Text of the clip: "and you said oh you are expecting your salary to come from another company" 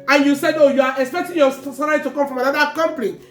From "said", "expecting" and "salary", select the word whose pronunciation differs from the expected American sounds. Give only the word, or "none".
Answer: salary